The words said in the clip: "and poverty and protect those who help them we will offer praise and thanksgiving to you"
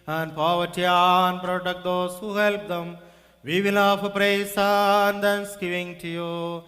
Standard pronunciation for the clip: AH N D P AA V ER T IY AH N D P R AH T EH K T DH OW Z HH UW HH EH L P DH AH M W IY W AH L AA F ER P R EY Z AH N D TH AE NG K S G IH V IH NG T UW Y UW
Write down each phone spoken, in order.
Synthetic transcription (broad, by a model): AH N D P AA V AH T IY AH N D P R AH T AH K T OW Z HH UW HH EH L P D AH M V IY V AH N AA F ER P R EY S AH N D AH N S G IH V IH NG T UW Y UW